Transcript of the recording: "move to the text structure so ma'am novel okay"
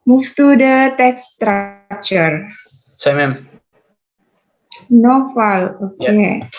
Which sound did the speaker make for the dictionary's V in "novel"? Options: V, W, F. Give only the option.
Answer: F